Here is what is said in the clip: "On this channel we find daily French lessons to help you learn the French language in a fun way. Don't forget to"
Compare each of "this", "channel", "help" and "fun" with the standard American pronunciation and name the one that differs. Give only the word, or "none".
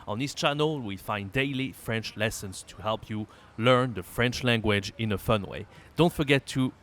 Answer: none